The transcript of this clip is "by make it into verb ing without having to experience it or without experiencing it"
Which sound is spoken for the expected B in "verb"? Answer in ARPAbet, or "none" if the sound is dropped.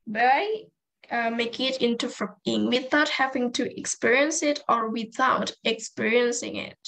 none